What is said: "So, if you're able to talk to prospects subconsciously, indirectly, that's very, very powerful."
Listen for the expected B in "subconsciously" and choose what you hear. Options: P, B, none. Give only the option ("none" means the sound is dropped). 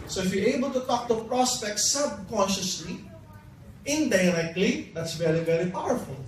B